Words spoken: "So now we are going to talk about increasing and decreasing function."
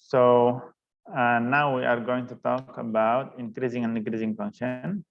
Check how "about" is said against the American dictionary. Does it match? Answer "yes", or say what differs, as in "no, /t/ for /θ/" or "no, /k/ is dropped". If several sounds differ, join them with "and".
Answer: yes